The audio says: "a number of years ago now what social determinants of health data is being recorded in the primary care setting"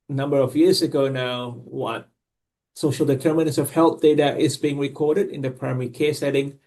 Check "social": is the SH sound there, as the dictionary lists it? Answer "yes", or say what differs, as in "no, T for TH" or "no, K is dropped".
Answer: yes